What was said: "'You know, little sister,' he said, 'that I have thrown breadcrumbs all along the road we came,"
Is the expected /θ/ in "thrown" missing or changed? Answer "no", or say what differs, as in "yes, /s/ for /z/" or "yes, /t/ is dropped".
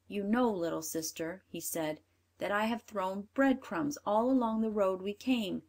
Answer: no